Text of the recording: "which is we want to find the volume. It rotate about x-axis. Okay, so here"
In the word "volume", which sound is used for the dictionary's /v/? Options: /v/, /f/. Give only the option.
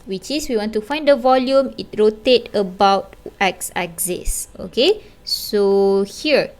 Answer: /v/